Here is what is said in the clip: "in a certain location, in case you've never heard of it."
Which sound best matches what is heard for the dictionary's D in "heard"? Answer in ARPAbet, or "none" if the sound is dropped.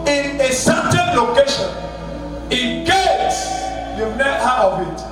none